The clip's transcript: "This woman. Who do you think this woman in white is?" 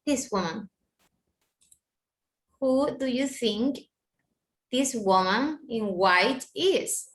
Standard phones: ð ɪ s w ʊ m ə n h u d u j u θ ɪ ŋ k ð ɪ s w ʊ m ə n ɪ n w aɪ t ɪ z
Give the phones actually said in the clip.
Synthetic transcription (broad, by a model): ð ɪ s w ʊ m ə n h u d u j u θ ɪ ŋ k ð ɪ s w ʊ m ə n ɪ n w aɪ t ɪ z